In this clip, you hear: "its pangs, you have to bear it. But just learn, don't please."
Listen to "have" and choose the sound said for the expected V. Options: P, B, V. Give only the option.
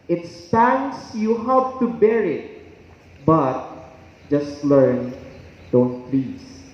P